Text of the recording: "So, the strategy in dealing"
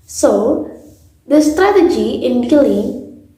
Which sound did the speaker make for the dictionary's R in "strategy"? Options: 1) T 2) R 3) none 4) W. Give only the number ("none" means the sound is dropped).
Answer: 2